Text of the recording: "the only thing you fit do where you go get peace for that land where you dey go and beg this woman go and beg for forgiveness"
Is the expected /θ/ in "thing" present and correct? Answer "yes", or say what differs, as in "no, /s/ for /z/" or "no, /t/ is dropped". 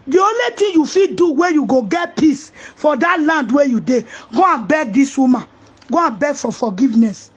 no, /t/ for /θ/